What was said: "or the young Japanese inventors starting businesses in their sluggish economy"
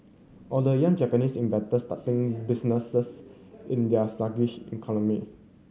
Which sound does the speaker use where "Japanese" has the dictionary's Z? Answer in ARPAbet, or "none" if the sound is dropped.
S